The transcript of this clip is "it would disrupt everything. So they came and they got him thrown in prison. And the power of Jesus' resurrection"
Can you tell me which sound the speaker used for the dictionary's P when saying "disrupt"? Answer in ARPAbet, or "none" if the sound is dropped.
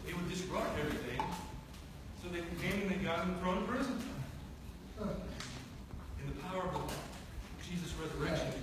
none